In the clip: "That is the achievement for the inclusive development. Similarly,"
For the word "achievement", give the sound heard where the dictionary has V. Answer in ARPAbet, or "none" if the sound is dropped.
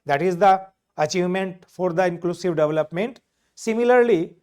V